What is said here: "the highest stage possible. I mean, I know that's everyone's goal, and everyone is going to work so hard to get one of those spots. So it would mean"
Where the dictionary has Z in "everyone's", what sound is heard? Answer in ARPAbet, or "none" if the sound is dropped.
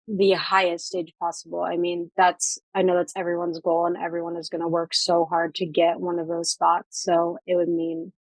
Z